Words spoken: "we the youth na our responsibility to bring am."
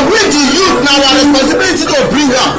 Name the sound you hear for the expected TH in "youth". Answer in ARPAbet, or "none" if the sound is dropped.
T